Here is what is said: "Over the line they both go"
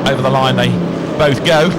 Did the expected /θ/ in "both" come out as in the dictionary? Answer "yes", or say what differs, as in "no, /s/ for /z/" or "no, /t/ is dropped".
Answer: yes